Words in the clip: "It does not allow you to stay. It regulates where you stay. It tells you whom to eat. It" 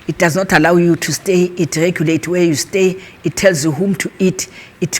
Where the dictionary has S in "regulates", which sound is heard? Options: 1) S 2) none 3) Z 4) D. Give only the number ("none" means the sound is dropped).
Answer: 2